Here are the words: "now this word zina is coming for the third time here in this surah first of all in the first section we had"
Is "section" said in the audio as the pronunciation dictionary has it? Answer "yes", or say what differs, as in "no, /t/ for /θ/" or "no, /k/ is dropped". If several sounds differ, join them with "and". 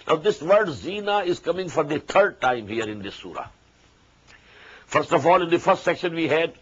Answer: yes